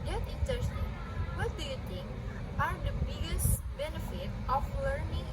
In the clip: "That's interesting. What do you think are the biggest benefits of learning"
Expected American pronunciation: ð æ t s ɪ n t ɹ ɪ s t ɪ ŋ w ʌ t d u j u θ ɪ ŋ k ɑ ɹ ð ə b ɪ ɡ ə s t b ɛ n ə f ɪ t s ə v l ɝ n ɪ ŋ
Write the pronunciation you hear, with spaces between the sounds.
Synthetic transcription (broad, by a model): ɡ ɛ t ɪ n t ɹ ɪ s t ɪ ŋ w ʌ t d u j u t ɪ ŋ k ɑ ɹ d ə b ɪ ɡ ə s t b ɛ n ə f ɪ t ə f l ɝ n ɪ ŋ